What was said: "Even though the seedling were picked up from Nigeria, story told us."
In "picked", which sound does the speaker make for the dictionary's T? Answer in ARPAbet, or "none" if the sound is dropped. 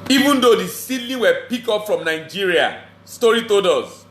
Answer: none